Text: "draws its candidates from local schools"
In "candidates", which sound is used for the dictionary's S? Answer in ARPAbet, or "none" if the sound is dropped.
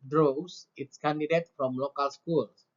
none